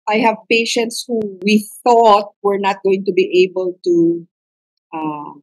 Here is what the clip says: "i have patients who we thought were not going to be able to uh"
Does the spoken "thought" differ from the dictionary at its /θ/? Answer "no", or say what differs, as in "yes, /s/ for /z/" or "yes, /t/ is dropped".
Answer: no